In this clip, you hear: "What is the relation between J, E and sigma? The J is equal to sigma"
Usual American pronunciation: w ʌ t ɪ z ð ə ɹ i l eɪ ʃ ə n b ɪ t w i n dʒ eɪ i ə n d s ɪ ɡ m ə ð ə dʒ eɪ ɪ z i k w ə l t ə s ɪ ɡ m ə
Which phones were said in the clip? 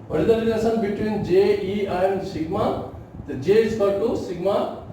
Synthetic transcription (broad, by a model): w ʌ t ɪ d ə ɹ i n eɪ s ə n b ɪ t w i n dʒ eɪ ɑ ə n d s ɪ ɡ m ə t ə dʒ eɪ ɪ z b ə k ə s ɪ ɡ m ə